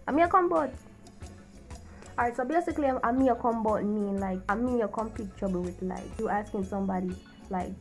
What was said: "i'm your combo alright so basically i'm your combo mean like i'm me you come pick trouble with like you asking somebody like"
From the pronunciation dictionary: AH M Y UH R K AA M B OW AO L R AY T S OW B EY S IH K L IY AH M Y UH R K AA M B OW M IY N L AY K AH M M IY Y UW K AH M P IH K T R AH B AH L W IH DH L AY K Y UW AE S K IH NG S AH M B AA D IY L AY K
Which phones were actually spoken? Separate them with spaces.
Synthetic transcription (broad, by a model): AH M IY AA K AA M B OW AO R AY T S OW B EY S IH K L IY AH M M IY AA K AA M B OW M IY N L AY K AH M M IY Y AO K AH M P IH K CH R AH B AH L W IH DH L AY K Y UW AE S K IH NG S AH M B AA D IY L AY K